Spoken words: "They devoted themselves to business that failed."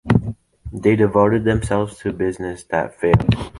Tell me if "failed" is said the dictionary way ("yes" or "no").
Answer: no